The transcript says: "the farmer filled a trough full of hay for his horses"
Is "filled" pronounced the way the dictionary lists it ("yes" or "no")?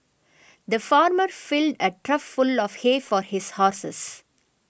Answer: yes